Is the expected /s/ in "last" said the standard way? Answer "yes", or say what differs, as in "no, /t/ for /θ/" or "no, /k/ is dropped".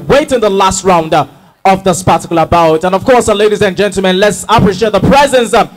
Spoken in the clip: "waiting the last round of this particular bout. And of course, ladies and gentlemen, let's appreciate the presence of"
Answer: yes